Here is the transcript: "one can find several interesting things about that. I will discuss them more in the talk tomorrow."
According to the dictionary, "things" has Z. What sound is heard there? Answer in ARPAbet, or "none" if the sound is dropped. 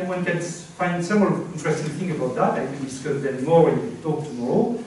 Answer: none